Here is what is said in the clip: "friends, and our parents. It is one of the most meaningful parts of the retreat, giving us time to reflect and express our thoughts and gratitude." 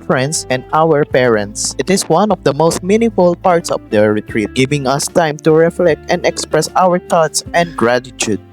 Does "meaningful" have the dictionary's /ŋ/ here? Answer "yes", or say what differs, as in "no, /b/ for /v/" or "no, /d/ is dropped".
no, /ŋ/ is dropped